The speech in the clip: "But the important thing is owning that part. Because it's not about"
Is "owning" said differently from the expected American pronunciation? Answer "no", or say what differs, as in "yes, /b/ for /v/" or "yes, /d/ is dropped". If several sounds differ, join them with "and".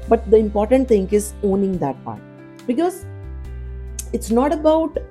no